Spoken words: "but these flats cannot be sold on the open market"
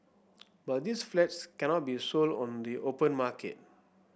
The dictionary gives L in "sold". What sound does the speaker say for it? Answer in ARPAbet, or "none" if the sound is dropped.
L